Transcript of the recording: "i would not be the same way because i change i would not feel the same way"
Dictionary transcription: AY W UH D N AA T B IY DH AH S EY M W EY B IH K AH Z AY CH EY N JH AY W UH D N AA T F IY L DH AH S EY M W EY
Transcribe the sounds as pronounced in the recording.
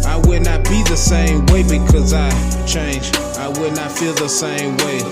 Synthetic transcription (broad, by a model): AY W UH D N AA T B IY DH AH S EY M W EY B IH K AH Z AY CH EY N JH AY W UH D N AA T F IY L DH AH S EY M W EY